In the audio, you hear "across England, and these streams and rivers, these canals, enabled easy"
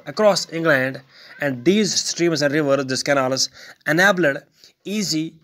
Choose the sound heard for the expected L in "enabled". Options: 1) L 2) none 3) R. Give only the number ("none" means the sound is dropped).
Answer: 2